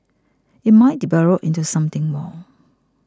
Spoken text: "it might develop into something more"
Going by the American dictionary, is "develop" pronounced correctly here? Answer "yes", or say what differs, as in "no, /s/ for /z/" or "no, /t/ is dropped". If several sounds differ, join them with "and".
no, /b/ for /v/